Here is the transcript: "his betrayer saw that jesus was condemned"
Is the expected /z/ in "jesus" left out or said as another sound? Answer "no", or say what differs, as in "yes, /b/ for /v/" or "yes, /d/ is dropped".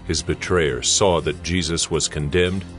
no